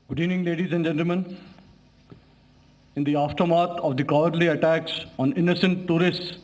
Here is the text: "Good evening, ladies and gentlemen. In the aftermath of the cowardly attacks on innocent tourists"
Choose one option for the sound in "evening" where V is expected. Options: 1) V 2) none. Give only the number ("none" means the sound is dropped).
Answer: 2